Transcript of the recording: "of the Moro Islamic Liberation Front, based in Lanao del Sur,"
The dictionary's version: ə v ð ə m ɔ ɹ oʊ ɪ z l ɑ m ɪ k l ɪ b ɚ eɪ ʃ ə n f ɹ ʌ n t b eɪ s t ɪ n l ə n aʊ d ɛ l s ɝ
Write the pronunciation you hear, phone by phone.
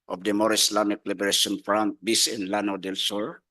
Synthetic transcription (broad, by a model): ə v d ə m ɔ ɹ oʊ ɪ s l ɑ m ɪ k l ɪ b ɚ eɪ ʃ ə n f ɹ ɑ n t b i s ɪ n l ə n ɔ d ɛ l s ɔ